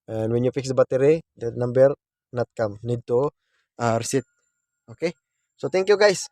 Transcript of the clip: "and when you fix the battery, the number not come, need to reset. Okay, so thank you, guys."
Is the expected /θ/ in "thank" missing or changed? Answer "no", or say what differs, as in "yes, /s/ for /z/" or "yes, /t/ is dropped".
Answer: yes, /t/ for /θ/